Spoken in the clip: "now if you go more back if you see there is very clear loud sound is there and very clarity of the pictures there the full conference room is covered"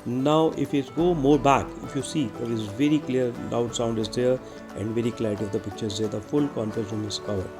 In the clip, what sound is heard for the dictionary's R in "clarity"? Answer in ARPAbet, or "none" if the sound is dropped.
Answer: none